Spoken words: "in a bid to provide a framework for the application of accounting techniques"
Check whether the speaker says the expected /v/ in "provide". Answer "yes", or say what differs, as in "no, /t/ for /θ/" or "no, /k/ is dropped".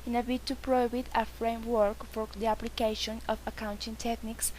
no, /b/ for /v/